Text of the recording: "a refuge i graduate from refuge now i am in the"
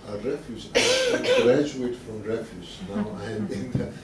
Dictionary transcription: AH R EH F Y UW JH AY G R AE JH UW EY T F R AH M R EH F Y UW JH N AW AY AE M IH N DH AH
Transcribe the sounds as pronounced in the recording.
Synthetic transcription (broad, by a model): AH R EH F Y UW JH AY G R AE JH UW EY T F R AH M R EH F Y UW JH N AW AY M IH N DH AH